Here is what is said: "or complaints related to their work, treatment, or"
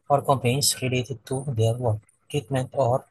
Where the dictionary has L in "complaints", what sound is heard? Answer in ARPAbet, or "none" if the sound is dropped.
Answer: none